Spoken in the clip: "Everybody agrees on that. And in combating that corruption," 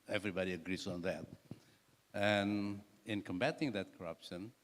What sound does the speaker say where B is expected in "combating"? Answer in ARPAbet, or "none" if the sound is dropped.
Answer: B